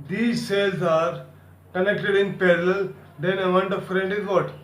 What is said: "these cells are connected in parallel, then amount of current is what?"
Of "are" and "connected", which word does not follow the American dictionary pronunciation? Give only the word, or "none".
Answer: none